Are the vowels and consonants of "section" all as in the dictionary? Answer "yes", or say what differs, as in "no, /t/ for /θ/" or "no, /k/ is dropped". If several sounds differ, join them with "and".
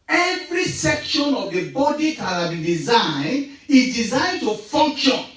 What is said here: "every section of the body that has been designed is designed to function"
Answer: yes